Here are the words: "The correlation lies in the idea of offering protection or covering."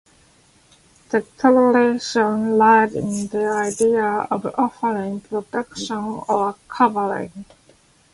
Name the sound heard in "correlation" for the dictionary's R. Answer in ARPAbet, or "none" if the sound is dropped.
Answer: L